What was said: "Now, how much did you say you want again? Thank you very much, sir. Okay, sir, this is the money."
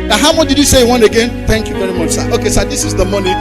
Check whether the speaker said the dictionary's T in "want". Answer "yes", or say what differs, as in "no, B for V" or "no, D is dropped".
no, T is dropped